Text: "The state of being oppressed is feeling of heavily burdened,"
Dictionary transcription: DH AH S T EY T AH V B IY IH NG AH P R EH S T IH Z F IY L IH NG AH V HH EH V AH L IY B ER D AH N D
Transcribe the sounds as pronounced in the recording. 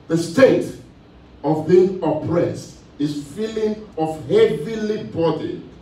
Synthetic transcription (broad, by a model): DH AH S T EY T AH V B IY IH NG AH P R EH S T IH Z F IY L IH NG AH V HH EH V AH L IY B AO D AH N